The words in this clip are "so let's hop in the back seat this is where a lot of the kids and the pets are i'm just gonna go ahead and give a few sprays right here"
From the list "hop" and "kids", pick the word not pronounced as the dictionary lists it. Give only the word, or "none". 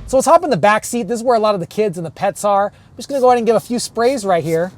none